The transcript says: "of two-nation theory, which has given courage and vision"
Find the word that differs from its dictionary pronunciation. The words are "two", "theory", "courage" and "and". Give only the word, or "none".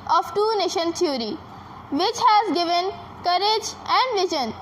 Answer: theory